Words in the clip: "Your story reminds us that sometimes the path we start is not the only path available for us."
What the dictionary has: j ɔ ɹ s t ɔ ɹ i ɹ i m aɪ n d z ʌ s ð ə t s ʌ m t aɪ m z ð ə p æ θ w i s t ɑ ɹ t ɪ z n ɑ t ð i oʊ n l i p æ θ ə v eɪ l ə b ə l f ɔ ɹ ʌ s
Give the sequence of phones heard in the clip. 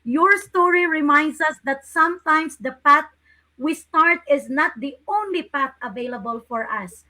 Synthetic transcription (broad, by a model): j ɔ ɹ s t ɔ ɹ i ɹ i m aɪ n d s ʌ s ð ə t s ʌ m t aɪ m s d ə p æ t w i s t ɑ ɹ t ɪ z n ɑ t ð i oʊ n l i p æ t ə v eɪ l ə b ə l f ɔ ɹ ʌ s